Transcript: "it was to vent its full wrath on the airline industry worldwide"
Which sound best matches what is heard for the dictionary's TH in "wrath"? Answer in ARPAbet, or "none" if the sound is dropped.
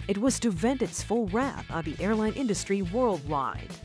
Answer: TH